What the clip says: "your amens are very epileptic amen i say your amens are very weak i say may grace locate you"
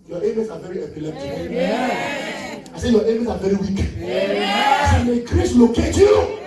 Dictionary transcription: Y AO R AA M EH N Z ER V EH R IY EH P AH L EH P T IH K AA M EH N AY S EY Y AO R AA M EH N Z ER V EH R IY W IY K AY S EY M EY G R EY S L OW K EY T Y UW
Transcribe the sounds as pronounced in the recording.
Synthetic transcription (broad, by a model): Y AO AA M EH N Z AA V EH R IY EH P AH L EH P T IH AA S EY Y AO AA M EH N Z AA V EH R IY W IY K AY S EY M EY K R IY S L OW K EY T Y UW